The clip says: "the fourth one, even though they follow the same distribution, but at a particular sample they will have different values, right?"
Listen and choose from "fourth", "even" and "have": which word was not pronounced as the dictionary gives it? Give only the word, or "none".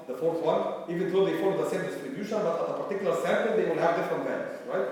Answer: none